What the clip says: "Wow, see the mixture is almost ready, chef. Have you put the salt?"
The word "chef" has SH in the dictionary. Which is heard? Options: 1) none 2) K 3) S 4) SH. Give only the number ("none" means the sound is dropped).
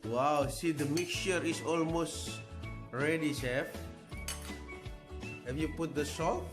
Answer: 3